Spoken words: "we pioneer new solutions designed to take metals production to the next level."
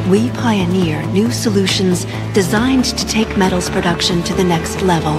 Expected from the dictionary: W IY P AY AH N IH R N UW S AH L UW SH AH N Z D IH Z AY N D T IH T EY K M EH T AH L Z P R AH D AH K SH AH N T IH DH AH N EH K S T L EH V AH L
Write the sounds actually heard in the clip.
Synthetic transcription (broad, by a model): W IY P AY AH N IH R N UW S AH L UW SH AH N Z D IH Z AY N T IH T EY K M EH T L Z P R AH D AH K SH AH N T IH DH AH N EH K S T L EH V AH L